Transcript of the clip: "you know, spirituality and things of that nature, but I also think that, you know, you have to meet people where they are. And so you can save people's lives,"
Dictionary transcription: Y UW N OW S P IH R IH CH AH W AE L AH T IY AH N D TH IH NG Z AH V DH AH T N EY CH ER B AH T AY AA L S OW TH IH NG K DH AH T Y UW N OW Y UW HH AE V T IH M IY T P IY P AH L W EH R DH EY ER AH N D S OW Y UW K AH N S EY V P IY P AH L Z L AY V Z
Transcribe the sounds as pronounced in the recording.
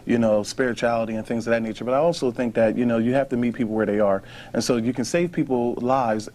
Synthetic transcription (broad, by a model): Y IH N OW S P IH R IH CH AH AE L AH T IY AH N TH IH NG Z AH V DH AH T N EY CH ER B AH T AY AA L S OW TH IH NG K DH AH T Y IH N OW Y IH HH AE F T IH M IY T P IY P L W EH R DH EY ER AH N S OW Y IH K AH N S EY V P IY P L L AY V Z